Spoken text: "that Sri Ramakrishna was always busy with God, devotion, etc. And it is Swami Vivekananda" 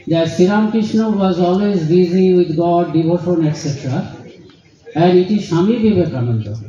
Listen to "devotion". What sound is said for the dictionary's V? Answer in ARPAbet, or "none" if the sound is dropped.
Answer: B